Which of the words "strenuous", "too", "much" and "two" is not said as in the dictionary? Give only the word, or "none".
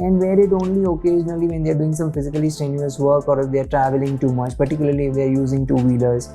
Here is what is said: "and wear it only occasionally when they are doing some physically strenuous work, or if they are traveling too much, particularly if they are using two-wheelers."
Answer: strenuous